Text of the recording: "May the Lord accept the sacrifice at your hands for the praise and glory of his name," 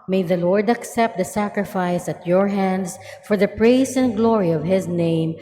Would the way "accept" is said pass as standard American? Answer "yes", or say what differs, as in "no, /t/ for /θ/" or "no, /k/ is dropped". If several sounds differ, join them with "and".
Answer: yes